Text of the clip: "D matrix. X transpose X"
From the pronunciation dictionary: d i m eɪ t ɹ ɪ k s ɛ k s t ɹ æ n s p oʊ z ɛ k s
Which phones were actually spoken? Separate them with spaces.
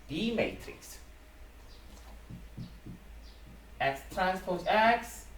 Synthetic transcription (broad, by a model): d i m eɪ t ɹ ɪ k s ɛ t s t ɹ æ n s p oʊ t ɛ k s